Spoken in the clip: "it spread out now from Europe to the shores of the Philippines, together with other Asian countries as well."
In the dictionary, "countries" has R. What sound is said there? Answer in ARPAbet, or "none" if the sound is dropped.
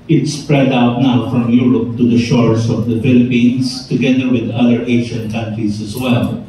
R